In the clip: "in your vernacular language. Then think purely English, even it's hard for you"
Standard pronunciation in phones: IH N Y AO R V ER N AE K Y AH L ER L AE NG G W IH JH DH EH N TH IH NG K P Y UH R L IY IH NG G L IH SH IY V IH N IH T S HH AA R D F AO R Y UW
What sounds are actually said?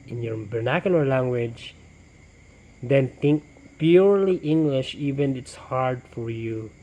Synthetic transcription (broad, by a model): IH N Y AO R B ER N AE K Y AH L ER L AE NG G W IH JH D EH N T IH NG K P Y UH R L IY IH NG G L IH SH IY V IH N IH T S HH AA R D F AO R Y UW